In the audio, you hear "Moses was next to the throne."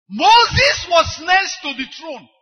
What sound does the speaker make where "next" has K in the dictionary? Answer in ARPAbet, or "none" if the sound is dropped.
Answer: none